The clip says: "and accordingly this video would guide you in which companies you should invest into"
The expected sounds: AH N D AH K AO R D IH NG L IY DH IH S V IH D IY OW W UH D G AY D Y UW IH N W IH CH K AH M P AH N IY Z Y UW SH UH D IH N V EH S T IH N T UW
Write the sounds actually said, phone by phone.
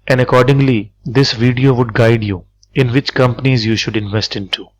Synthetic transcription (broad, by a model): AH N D AH K AO R D IH NG L IY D IH S V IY D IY OW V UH D G AY D Y UW IH N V IH CH K AH M P AH N IY Z Y UW SH UH D IH N V EH S T IH N T UW